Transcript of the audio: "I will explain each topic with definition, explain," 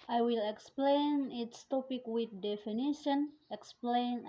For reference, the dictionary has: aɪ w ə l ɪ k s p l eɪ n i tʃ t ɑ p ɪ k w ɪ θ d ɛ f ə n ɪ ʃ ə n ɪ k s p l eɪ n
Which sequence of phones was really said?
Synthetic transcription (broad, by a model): aɪ w ə l ɪ k s p l eɪ n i s t ɑ p ɪ k w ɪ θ d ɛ f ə n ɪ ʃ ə n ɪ k s p l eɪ n